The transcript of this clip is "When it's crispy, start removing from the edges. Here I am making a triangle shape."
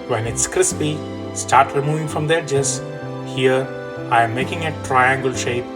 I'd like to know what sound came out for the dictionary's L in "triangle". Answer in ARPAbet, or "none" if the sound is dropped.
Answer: L